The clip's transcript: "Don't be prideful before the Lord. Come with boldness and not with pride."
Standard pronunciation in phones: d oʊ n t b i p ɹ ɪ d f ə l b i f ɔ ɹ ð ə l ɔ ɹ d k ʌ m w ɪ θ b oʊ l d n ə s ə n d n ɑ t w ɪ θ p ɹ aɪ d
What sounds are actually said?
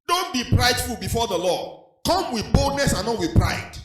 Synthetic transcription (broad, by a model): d oʊ n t b i p ɹ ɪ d f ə l b i f ɔ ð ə l ɔ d k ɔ m w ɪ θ b oʊ l d n ə s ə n n ɑ t w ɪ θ p ɹ aɪ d